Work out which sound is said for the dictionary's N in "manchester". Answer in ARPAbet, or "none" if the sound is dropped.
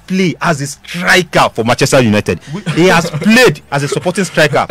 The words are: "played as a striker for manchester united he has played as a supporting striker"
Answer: none